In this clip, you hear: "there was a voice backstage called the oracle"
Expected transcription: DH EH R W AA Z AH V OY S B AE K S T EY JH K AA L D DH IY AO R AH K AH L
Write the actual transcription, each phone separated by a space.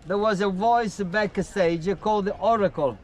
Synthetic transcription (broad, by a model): DH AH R W AA Z AH V OY S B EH K S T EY JH K AA L D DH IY AO R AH K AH L